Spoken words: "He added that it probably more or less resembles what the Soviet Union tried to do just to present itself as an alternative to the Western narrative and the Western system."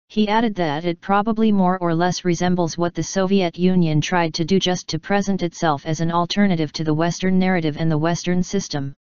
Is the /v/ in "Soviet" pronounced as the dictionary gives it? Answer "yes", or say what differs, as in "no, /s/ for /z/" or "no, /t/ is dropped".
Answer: yes